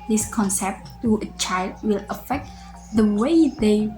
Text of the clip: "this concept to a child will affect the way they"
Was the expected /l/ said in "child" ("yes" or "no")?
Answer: yes